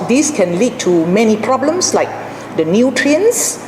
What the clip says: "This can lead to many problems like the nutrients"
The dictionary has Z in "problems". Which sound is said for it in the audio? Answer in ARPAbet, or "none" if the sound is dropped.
S